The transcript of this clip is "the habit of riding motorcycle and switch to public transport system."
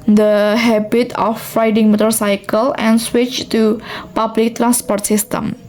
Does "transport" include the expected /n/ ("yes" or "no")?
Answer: yes